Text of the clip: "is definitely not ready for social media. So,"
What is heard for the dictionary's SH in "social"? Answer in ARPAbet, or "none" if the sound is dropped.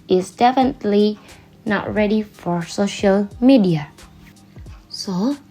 SH